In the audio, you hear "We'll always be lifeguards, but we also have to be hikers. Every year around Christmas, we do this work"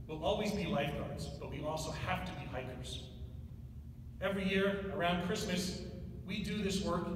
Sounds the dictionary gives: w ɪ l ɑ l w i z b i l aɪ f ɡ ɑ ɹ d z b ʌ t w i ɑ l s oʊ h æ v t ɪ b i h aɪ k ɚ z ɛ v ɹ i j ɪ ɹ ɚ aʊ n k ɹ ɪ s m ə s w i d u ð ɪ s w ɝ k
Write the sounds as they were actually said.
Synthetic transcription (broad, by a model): w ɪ l ɑ l w i z b i l aɪ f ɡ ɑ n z b ʌ t w i ɑ l s oʊ h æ f t ɪ b i h aɪ k ɚ z ɛ v ɹ i j ɪ ɹ ɚ aʊ n k ɹ ɪ s m ə s w i d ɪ ð ɪ s w ɝ k